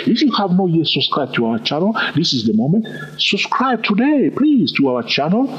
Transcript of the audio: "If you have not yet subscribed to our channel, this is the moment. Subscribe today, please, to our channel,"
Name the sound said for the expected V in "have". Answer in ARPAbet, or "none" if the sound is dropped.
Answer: V